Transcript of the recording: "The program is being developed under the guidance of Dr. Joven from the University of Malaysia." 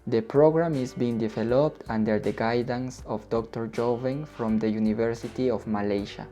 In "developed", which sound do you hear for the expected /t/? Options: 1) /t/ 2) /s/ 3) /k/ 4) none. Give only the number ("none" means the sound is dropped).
1